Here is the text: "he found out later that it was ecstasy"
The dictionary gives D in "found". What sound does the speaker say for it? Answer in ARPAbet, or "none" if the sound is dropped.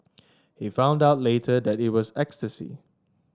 D